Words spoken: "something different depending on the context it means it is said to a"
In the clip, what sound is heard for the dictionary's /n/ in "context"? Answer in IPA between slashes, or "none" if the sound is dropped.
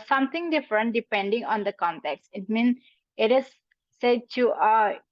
/n/